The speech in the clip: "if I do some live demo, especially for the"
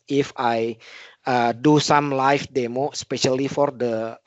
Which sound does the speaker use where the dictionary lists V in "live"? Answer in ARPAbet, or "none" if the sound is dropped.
F